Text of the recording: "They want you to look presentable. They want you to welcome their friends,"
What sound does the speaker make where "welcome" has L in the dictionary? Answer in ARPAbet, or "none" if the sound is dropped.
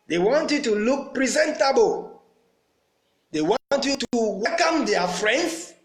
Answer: none